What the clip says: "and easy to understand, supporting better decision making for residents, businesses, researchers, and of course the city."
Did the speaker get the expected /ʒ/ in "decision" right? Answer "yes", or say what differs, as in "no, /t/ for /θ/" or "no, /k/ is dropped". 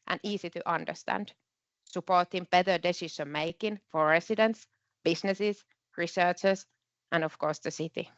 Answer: no, /s/ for /ʒ/